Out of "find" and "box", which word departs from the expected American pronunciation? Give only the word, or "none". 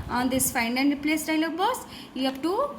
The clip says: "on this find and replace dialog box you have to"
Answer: box